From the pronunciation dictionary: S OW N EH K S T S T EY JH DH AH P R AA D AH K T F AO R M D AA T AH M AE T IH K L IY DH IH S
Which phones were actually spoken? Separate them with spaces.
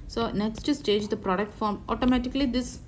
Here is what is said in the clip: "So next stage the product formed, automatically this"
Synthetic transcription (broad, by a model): S OW N EH K S T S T EY JH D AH P R AA D AH K T F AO R M AA T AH M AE T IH K L IY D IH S